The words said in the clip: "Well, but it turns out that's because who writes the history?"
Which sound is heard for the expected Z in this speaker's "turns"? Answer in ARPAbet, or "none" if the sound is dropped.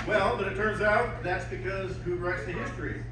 Z